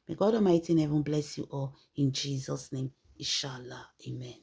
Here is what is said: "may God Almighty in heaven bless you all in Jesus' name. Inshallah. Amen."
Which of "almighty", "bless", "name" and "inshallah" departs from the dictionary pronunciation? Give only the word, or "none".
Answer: almighty